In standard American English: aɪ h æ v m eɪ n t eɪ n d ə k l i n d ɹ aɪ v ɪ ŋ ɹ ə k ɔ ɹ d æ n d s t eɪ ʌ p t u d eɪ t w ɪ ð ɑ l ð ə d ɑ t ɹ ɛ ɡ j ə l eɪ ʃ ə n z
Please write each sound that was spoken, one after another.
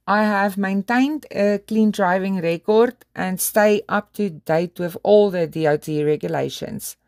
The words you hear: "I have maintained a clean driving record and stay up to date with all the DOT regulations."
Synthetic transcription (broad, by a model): aɪ h æ v m eɪ n t eɪ n d ə k l i n d ɹ aɪ v ɪ ŋ ɹ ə k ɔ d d æ n d s t eɪ ʌ p t u d eɪ t w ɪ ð ɑ l ð ə d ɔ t ɹ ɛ ɡ j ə l eɪ ʃ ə n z